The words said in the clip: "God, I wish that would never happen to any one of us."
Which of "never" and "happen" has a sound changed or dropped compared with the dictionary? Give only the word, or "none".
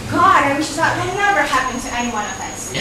none